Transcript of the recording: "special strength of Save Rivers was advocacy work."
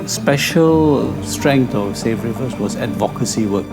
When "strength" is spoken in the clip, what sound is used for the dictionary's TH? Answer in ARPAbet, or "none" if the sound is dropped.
T